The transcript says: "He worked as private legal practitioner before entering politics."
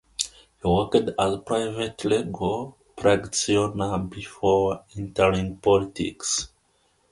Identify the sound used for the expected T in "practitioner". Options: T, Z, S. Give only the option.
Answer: S